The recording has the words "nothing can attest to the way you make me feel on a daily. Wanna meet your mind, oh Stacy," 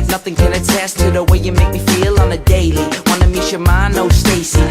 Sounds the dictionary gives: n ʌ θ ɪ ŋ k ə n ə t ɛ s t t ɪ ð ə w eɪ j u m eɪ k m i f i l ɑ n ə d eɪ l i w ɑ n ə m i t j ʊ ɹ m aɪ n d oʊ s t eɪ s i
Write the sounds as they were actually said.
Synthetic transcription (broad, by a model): n ʌ θ ɪ ŋ k ə n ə t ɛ s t t ɪ ð ə w eɪ j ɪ m eɪ k m i f i l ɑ n ə d eɪ l i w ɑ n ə m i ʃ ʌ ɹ m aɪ n oʊ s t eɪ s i